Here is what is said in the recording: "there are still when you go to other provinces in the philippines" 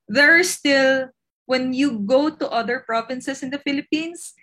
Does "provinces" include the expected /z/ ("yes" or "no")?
no